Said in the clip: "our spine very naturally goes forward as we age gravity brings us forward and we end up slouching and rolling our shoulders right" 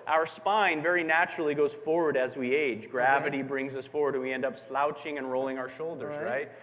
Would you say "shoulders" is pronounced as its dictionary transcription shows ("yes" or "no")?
yes